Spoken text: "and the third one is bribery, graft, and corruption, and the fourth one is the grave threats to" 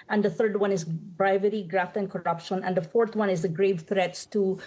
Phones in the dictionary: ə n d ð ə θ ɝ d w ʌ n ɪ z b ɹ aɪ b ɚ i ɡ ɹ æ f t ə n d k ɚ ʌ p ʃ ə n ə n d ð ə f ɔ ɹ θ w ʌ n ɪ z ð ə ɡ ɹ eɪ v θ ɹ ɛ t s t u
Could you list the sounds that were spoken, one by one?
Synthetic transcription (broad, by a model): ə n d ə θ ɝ d w ʌ n ɪ z b ɹ aɪ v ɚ i ɡ ɹ æ f t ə n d k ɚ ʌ p ʃ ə n ə n d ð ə f ɔ ɹ t w ʌ n ɪ z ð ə ɡ ɹ eɪ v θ ɹ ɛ t s t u